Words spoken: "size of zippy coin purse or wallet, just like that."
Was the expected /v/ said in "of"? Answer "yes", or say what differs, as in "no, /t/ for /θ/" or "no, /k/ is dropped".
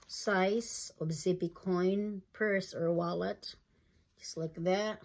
no, /b/ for /v/